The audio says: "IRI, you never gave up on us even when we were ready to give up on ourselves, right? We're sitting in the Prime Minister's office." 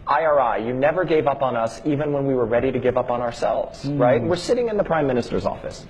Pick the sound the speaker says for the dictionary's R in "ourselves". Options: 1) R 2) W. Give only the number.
1